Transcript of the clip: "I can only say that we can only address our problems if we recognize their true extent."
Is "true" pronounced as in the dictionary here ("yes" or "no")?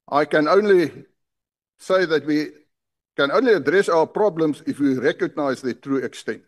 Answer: yes